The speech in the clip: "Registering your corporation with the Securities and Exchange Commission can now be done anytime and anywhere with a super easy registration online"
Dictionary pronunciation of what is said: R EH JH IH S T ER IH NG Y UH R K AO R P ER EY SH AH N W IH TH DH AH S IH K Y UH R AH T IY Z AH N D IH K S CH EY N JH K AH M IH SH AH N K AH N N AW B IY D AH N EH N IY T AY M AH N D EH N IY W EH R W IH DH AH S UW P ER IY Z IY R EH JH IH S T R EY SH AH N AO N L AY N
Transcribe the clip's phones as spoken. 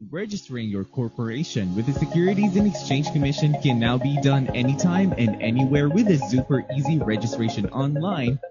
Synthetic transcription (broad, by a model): R EH JH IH S T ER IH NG Y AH R K AO R P ER EY SH AH N W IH DH AH S IH K Y UH R AH T IY Z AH N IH K S CH EY N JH K AH M IH SH AH N K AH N N AW B IY D AH N EH N IY T AY M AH N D EH N IY W EH R W IH DH AH S UW P ER IY Z IY R EH JH IH S T R EY SH AH N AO N L AY N